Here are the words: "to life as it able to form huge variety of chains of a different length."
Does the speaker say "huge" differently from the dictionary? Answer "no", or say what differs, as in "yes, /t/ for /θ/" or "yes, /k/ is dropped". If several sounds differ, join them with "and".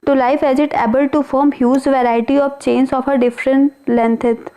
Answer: yes, /z/ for /dʒ/